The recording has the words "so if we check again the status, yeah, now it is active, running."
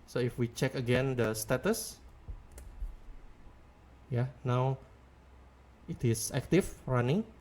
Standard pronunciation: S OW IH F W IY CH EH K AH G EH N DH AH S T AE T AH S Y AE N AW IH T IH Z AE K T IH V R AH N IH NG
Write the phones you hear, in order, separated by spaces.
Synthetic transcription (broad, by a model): S OW IH F W IY CH EH K AH G EH N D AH S T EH T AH S Y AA N AW IH T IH S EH K T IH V R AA N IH NG